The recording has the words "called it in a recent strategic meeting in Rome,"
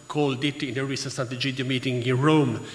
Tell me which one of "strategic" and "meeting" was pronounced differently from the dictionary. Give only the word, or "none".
strategic